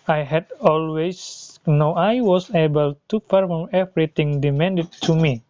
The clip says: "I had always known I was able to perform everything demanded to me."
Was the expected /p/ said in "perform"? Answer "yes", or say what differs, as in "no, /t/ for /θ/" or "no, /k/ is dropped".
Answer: no, /f/ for /p/